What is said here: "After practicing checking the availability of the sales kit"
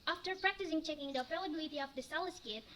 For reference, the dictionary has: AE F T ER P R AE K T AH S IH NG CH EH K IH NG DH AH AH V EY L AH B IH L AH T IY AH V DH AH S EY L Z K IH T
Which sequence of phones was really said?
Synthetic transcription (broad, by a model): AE F T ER P R AE K T AH S IH NG CH EH K IH NG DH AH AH P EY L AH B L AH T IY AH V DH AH S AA L S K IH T